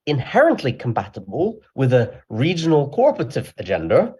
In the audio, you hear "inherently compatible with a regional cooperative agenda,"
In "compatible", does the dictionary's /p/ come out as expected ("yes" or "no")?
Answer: no